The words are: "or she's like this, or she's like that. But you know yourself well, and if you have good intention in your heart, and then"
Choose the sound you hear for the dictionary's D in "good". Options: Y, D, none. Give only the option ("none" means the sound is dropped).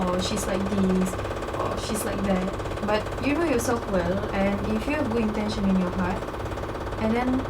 none